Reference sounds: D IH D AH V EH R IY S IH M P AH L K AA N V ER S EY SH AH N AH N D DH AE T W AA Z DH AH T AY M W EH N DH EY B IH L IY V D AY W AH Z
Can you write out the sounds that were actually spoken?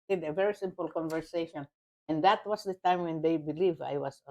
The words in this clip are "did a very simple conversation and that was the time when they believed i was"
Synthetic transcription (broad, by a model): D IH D AH V EH R IY S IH M P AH L K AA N V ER S EY SH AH N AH N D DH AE T W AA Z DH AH T AY M W EH N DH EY B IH L IY V AY W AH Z